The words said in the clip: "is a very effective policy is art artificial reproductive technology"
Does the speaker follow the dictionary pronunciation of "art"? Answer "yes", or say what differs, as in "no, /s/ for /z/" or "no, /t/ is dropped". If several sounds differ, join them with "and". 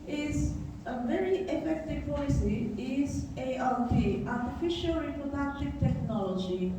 no, /l/ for /ɹ/